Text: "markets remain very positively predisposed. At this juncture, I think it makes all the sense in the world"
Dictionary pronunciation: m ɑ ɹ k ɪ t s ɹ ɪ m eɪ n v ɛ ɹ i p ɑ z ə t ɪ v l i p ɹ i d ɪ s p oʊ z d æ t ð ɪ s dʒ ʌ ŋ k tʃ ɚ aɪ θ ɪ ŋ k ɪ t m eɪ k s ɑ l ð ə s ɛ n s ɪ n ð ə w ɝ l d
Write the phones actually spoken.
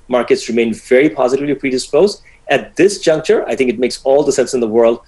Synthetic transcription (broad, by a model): m ɑ ɹ k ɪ t s ɹ ɪ m eɪ n v ɛ ɹ i p ɑ z ə t ɪ v l i p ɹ i d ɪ s p oʊ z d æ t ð ɪ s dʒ ʌ ŋ k tʃ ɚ aɪ θ ɪ ŋ k ɪ t m eɪ k s ɑ l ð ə s ɛ n s ɪ n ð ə w ɝ l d